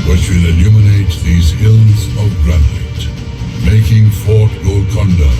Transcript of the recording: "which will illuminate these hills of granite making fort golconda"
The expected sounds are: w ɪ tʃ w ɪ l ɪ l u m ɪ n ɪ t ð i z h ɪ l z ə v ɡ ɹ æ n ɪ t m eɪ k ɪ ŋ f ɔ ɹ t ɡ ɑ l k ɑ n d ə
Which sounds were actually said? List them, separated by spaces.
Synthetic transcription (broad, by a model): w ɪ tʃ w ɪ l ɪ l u m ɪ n ɪ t ð i z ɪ l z ə v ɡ ɹ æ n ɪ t m eɪ k ɪ ŋ f ɔ ɹ t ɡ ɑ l k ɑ n d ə